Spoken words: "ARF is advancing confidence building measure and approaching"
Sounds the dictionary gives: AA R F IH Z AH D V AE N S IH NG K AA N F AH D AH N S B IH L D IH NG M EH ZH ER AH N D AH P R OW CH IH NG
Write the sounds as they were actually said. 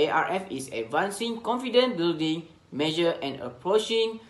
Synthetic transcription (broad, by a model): AA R F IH S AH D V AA N S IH NG K AA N F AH D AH N B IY L D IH NG M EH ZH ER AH N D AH P R OW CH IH NG